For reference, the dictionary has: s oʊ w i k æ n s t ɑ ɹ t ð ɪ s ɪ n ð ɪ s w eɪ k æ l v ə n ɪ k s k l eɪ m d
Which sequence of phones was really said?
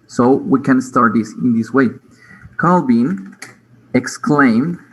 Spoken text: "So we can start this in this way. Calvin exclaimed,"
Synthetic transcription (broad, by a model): s oʊ w i k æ n s t ɑ ɹ t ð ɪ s ɪ n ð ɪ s w eɪ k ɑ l b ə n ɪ k s k l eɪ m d